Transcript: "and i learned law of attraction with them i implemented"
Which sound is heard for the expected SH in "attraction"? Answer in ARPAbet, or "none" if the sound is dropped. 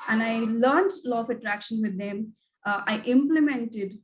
SH